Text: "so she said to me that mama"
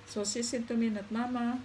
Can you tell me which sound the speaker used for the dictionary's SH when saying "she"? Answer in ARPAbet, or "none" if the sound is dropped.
S